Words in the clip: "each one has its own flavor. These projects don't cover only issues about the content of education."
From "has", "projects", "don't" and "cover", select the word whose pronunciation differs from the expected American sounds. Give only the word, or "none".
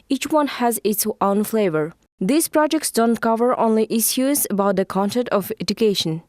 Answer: none